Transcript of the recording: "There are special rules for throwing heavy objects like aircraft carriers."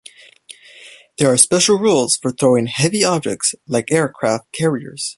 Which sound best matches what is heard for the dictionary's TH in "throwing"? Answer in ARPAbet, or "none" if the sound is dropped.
TH